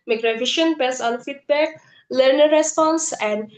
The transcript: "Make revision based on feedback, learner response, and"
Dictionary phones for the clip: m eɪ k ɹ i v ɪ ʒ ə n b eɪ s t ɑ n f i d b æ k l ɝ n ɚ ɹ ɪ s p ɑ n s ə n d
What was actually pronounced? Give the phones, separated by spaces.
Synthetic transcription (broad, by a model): m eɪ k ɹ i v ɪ ʃ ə n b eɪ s ɑ n f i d b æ k l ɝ n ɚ ɹ ɪ s p ɑ n s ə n d